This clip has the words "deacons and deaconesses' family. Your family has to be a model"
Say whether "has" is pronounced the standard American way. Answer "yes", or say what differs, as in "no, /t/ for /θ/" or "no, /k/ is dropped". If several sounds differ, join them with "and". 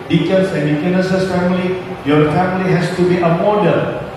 no, /s/ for /z/